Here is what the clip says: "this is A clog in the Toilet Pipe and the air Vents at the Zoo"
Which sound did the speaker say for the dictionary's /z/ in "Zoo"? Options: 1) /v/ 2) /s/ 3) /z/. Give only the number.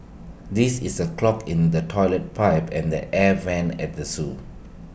2